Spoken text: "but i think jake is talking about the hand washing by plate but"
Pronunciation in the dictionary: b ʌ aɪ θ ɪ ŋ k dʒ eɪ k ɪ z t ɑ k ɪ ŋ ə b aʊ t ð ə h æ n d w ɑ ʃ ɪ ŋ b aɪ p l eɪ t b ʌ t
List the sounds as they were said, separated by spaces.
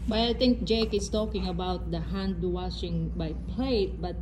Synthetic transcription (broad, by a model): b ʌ aɪ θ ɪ ŋ k dʒ eɪ k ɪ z t ɑ k ɪ ŋ ə b aʊ t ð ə h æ n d w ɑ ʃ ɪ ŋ b aɪ p l eɪ t b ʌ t